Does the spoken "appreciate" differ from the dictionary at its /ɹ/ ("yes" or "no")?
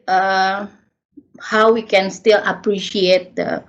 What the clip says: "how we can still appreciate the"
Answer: no